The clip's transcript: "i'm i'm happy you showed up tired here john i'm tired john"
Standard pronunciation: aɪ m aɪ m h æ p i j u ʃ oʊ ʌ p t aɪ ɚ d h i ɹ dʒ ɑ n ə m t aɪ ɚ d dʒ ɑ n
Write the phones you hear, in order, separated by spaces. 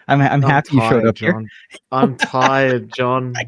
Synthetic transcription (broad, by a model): aɪ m aɪ m h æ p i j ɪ ʃ oʊ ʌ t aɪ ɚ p h i ɹ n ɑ ə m t aɪ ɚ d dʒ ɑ n